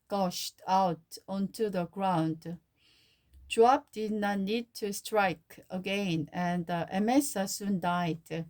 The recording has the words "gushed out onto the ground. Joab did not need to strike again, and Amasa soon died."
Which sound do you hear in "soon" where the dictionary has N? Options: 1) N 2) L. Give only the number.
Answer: 1